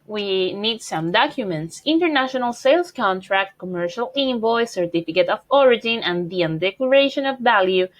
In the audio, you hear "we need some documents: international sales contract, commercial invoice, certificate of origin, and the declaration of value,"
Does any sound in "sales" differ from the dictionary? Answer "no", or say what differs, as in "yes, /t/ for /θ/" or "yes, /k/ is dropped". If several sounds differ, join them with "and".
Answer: yes, /s/ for /z/